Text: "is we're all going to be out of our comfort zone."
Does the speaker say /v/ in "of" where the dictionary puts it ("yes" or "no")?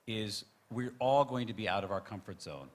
yes